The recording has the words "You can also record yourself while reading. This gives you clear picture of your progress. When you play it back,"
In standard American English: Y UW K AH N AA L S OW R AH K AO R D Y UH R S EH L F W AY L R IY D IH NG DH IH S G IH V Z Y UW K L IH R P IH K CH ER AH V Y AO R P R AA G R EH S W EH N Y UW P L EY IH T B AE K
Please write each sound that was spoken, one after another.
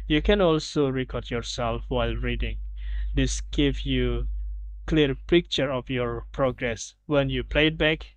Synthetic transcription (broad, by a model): Y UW K AH N AA L S OW R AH K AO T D Y UH R S EH L F W AY L R IY D IH NG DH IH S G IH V Y UW K L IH R P IH K CH ER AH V Y AO R P R AA G R EH S W EH N Y UW P L EY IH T B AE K